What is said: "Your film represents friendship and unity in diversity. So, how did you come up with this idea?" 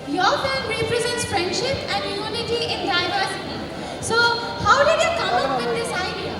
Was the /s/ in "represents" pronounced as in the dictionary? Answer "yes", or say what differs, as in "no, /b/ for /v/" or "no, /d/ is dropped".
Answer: yes